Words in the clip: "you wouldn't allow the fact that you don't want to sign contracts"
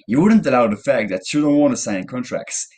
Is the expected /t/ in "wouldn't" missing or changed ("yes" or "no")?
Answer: no